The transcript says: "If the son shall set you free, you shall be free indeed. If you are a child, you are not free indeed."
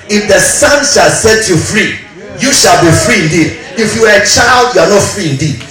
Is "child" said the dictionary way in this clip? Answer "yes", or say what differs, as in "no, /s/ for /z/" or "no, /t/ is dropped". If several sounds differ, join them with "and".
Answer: yes